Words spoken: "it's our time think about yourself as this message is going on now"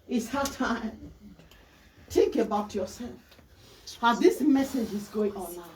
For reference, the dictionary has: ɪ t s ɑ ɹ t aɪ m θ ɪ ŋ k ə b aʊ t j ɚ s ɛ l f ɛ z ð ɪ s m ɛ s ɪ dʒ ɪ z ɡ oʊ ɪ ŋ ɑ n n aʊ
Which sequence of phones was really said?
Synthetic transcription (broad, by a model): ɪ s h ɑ t aɪ m t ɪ ŋ k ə b aʊ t j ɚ s ɛ l f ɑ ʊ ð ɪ s m ɛ s ɪ dʒ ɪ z ɡ oʊ ɪ ŋ ɑ n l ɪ